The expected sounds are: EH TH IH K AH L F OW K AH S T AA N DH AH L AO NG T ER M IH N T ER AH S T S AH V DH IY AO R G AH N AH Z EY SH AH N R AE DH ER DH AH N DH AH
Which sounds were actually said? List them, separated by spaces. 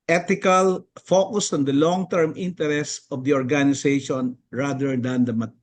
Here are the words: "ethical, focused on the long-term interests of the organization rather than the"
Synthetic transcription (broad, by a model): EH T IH K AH L F OW K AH S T AA N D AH L AO NG T ER M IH N T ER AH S S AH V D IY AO R G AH N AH S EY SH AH N R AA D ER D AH N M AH